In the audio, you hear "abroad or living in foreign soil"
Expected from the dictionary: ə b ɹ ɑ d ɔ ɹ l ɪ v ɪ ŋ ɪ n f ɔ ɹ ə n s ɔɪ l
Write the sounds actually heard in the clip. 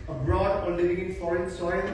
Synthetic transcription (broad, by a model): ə b ɹ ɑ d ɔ l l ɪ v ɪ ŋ ɪ n f ɔ ɹ ə n s ɔɪ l